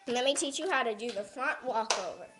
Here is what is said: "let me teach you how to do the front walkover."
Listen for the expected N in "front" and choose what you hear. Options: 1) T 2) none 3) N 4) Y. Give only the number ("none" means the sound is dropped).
3